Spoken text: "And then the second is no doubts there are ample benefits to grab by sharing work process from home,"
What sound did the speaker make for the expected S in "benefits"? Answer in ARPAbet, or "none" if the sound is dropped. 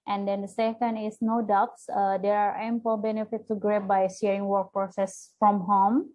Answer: none